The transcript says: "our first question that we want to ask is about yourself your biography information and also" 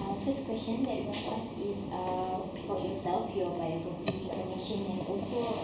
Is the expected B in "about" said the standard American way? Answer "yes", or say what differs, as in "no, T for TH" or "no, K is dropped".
no, B is dropped